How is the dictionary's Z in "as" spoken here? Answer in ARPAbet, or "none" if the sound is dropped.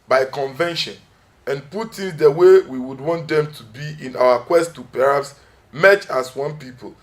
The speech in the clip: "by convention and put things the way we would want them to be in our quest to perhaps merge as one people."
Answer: S